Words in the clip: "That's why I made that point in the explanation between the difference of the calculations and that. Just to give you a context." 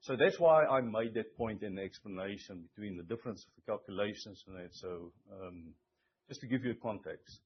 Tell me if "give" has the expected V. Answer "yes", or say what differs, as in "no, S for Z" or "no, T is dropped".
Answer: yes